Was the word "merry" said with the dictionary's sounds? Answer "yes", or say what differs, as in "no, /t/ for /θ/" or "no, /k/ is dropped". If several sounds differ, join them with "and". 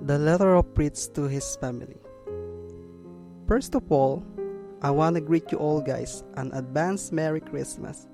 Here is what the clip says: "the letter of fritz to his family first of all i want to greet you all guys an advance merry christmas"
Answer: yes